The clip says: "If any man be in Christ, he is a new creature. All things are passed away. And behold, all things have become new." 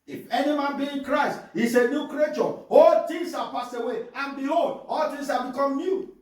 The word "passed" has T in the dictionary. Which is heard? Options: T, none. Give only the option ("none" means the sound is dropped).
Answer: none